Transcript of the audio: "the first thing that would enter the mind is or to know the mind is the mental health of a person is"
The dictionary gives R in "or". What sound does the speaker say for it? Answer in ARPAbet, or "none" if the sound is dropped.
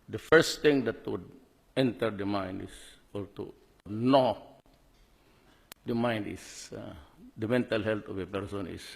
L